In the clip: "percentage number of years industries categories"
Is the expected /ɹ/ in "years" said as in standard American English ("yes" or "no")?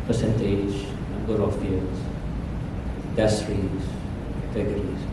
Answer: no